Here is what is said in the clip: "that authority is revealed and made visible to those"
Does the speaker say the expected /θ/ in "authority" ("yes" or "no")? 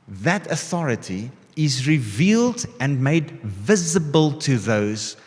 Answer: yes